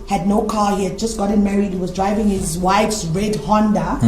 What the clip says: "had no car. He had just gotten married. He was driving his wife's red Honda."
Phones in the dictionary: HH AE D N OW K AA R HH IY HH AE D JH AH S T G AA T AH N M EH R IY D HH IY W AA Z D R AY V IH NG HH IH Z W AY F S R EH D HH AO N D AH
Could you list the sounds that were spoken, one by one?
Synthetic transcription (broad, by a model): HH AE D N OW K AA HH IY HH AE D JH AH S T G AA T AH N M EH R IY D HH IY W AA Z D R AY V IH NG HH IH Z W AY F S R EH D HH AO N D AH